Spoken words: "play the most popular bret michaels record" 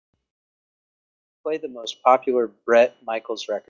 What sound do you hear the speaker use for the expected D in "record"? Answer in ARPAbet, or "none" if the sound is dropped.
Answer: none